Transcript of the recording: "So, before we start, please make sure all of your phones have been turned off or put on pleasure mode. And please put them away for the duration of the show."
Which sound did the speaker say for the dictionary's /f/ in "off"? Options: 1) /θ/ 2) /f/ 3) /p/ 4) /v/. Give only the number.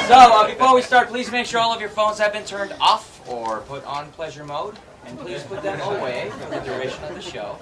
2